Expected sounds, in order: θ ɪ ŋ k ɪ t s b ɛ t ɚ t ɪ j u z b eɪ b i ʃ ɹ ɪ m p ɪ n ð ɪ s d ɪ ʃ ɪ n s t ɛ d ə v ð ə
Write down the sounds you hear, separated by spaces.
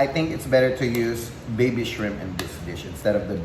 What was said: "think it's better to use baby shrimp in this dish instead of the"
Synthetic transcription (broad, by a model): θ ɪ ŋ k ɪ t s b ɛ t ɚ t ɪ j u z b eɪ b i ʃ ɹ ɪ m ɪ n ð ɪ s d ɪ ʃ ɪ n s t ɛ d ə v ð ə